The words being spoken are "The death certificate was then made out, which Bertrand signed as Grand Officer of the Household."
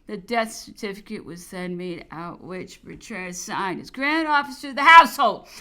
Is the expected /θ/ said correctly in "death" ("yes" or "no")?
yes